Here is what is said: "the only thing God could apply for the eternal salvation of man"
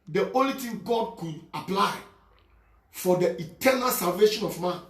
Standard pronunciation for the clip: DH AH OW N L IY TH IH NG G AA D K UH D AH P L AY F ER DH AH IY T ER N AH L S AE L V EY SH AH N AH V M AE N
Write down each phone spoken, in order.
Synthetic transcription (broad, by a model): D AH OW N L IY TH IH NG G AA D K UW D AH P L AY F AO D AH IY T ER N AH L S AE L V EY SH AH N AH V M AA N